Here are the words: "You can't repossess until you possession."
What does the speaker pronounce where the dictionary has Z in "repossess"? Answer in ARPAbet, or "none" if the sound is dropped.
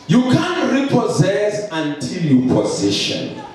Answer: Z